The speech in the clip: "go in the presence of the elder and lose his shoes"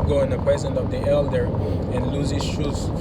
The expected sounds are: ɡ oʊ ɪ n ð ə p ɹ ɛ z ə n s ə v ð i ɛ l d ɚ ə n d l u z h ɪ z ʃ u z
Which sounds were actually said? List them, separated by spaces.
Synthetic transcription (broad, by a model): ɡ oʊ ɪ n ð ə p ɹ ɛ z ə n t ə v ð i ɛ l d ɚ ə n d l u z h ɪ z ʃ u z